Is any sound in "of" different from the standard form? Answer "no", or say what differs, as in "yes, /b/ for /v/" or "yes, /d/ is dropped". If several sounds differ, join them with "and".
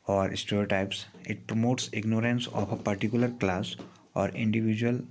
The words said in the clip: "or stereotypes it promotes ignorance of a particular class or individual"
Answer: yes, /p/ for /v/